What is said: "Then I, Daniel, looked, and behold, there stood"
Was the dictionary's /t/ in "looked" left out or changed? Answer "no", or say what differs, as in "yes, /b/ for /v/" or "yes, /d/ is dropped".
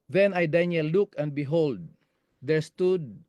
yes, /t/ is dropped